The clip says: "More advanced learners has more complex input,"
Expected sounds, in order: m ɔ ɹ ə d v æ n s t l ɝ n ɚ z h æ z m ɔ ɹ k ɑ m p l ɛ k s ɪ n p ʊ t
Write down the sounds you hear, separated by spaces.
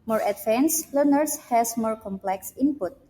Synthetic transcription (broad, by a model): m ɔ ɹ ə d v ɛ n s l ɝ n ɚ s h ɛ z m ɔ ɹ k ɑ m p l ɛ k s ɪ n p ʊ t